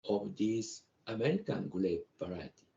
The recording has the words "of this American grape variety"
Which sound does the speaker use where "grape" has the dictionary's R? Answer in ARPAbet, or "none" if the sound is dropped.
L